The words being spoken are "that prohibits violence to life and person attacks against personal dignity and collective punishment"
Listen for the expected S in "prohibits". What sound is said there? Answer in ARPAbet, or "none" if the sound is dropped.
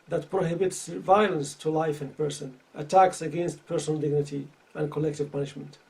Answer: S